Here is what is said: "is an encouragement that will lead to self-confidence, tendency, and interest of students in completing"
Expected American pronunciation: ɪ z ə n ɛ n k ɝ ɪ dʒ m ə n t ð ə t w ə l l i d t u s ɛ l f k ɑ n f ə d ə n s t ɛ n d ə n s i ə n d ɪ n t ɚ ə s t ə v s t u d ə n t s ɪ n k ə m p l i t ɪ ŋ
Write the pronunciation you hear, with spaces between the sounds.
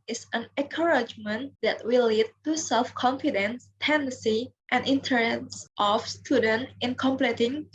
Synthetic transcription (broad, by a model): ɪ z ə n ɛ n k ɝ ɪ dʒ m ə n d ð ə t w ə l l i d t u s ɛ l f k ɑ n f ə d ə n s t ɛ n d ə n s i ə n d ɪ n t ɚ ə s t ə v s t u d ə n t ɪ n k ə m p l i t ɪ ŋ